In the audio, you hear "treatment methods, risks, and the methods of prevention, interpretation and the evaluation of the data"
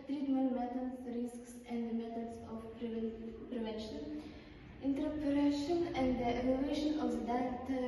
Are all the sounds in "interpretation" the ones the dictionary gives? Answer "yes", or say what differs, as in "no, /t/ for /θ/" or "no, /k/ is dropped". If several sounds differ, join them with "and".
no, /ɹ/ is dropped